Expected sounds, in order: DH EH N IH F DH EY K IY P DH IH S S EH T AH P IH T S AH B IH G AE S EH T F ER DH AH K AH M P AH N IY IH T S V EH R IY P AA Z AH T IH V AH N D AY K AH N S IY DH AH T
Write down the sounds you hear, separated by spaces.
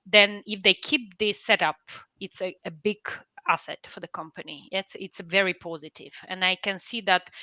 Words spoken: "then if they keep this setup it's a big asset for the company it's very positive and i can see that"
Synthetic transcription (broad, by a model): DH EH N IH F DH EY K IY P DH IH S S EH T AH P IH T S AH B IH G AE S EH T F ER DH AH K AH M P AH N IY IH T S V EH R IY P AA Z AH T IH V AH N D AY K AH N S IY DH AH T